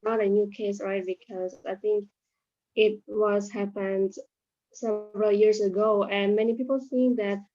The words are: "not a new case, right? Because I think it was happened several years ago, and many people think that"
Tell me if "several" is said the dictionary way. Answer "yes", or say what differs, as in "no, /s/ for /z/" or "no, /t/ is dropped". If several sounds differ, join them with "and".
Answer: yes